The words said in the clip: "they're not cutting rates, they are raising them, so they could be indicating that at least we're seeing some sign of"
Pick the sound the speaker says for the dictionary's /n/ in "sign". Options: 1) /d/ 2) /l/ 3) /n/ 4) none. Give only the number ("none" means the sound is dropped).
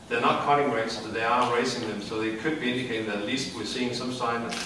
4